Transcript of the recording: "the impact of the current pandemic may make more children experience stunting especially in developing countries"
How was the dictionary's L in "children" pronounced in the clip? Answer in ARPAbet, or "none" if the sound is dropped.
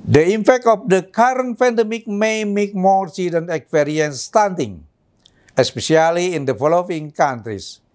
none